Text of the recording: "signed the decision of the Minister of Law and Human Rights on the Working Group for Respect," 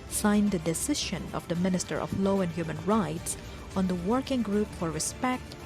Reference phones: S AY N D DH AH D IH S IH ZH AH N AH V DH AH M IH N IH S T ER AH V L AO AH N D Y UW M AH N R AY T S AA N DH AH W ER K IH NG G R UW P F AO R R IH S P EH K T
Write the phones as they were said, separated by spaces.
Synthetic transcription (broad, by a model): S AY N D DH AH D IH S IH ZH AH N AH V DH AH M IH N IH S T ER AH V L AO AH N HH Y UW M AH N R AY T S AA N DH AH W ER K IH NG G R UW P F AO R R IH S P EH K T